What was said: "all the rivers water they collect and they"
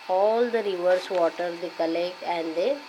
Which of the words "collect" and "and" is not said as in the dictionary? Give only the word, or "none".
collect